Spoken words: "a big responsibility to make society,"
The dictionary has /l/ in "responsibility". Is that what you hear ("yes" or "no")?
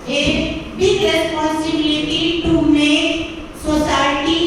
no